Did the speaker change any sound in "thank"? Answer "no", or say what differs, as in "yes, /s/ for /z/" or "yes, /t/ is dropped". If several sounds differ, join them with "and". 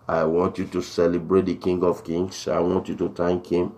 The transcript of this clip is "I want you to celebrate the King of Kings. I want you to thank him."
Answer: yes, /t/ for /θ/